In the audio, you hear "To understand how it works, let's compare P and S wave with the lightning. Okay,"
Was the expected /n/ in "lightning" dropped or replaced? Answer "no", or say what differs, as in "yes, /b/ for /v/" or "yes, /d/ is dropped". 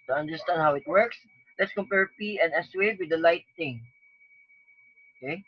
yes, /n/ is dropped